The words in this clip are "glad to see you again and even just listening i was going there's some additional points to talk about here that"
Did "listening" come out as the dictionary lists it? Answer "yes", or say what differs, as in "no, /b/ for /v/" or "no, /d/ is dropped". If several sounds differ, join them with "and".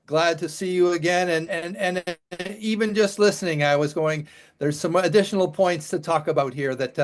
yes